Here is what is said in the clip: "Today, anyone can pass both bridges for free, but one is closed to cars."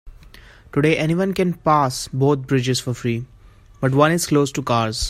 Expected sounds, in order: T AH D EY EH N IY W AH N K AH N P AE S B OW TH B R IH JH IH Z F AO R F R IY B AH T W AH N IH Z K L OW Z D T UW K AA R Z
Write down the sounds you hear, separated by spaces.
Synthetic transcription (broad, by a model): T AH D EY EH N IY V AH N K AH N P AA S B OW T B R IH JH IH Z F AO R F R IY B AH T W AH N IH Z K L OW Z T UW K AA R Z